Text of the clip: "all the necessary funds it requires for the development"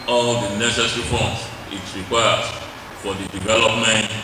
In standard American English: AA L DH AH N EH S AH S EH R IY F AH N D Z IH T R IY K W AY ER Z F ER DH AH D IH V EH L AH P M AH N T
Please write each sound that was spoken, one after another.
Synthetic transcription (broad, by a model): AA L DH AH N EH S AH S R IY P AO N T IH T R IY K W AY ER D F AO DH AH D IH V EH L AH P M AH N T